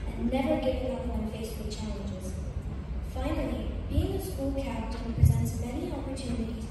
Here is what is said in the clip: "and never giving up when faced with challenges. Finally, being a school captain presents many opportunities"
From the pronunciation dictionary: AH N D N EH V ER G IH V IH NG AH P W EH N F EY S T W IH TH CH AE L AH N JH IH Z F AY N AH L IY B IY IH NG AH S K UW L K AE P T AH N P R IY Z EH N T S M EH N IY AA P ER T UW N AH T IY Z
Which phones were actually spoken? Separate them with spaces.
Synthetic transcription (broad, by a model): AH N N EH V ER G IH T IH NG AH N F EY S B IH CH AE L AH N JH IH Z F AY N AH L IY B IY IH NG AH S K UW L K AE T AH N P R IY Z EH N T S M EH N IY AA P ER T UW N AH T IY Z